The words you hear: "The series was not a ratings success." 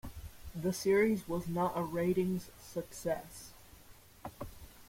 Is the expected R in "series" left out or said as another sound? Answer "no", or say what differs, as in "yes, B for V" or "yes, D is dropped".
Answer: no